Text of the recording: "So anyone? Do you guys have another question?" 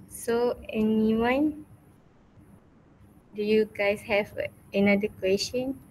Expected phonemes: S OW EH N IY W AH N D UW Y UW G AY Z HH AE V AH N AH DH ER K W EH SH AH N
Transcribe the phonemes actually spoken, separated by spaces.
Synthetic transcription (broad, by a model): S OW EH N IY W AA N D UW Y UW G AY S HH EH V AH N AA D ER K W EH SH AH N